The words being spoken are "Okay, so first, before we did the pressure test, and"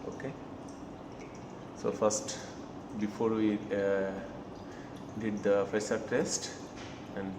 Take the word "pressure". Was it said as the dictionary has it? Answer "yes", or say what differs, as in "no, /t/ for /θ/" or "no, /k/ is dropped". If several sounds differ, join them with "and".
no, /s/ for /ʃ/